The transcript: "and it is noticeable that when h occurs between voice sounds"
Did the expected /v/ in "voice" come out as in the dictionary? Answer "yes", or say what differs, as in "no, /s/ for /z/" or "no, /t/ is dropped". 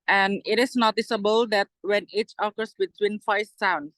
no, /f/ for /v/